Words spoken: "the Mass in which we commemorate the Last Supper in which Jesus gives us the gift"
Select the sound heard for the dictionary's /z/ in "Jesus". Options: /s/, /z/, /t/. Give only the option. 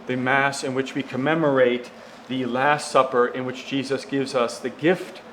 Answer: /z/